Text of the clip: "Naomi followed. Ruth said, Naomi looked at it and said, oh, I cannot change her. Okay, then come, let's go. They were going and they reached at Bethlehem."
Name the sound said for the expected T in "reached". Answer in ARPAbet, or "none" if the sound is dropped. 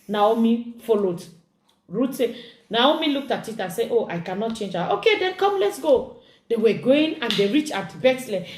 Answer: none